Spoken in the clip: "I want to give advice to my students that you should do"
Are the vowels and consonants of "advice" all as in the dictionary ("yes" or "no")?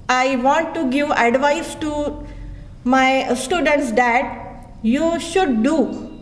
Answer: yes